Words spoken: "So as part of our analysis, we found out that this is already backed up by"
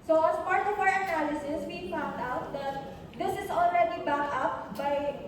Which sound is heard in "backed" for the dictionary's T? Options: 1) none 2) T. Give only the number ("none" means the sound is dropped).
1